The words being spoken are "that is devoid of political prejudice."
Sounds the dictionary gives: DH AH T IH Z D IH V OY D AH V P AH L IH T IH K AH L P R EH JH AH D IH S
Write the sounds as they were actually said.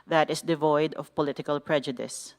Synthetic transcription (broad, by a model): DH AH T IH S D IH V OY D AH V P AH L IH T IH K AH L P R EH JH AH D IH S